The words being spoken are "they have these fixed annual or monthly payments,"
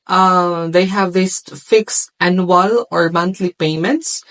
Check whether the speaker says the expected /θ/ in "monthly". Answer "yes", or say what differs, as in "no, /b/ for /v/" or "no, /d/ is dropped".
no, /t/ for /θ/